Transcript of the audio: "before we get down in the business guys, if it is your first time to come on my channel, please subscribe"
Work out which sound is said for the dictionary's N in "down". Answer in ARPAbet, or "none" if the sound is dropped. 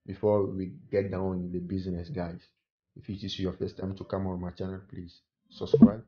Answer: none